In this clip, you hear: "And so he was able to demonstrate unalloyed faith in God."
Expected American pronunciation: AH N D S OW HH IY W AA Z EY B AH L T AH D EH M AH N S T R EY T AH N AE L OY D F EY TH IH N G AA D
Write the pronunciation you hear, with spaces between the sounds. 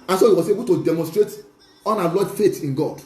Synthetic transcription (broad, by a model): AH N S OW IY W AA S EY B AH L T AH D EH M AH N S T R EY T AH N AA L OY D F EY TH IH N G AA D